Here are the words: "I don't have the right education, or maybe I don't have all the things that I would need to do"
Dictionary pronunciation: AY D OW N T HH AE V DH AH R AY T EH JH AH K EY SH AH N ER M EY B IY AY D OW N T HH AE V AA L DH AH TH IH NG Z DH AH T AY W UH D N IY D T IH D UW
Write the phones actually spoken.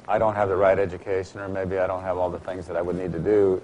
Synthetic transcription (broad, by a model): AY D OW N T HH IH V DH AH R AY T EH JH AH K EY SH AH N ER M EY B IY AY D OW N T HH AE V AA L DH AH TH IH NG Z DH AH T AY W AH D N IY D T IH D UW